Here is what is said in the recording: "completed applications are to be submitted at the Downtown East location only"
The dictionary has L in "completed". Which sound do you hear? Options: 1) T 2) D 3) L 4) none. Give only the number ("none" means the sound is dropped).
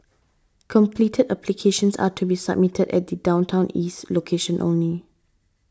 3